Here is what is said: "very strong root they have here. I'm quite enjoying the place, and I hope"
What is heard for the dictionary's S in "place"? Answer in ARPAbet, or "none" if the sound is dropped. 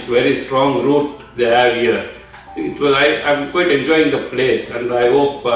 S